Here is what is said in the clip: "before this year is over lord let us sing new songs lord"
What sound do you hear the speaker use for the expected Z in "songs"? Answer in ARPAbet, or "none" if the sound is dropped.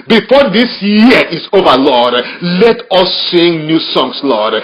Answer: S